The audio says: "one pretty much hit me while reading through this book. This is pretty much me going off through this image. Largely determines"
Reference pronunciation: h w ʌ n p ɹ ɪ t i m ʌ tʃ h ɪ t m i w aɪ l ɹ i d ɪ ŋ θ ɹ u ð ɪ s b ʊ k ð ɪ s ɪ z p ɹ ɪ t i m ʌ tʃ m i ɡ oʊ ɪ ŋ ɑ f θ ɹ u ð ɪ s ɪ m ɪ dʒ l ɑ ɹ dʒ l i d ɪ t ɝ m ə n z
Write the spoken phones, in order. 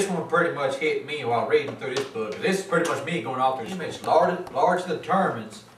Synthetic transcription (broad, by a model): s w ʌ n p ɹ ɪ t i m ʌ tʃ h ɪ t m i w aɪ l ɹ i d ɪ ŋ θ ɹ u ð ɪ s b ʊ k ð ɪ s ɪ z p ɹ ɪ t i m ʌ tʃ m i ɡ oʊ ɪ ŋ ɑ f θ ɹ u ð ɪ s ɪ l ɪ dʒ l ɑ ɹ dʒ i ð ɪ t ɝ m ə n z